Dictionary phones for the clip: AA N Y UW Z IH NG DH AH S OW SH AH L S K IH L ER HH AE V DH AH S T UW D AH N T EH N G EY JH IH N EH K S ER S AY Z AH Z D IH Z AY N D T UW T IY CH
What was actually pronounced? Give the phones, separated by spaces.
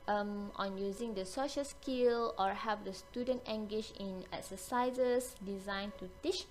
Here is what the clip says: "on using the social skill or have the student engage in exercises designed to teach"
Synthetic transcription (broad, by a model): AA N Y UW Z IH NG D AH S OW SH AH L S K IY L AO HH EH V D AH S T UW D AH N T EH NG G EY SH IH N EH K S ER S AY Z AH S D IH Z AY N T UW T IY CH